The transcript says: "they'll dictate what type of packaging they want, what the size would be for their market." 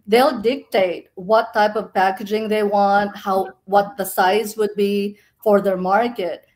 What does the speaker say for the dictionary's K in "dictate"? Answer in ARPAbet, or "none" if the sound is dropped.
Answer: K